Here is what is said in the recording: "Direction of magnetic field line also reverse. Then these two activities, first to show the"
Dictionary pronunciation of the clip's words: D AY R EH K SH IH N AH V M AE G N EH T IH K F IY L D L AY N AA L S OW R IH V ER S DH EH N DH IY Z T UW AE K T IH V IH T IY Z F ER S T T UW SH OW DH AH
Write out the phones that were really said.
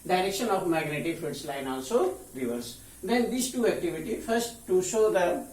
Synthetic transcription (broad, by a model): D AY R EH K SH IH N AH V M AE G N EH T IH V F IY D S L AY N AA L S OW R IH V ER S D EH N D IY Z T UW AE K T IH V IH T IY F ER S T T UW SH OW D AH